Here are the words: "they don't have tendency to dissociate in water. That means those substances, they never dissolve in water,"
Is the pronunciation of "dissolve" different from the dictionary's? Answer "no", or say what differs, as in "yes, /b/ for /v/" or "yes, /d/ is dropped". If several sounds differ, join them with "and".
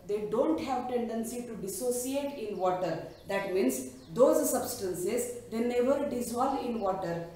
yes, /v/ is dropped